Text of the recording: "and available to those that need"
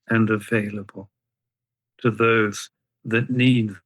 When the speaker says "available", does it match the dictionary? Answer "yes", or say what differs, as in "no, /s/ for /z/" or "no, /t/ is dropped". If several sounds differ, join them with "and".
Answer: yes